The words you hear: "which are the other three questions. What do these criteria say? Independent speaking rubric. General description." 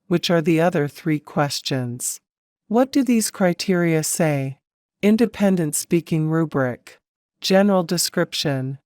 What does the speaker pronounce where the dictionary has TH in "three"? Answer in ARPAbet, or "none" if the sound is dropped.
TH